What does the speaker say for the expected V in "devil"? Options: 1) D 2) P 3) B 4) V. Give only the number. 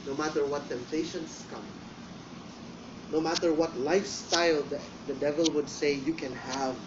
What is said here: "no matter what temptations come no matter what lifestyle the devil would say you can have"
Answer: 4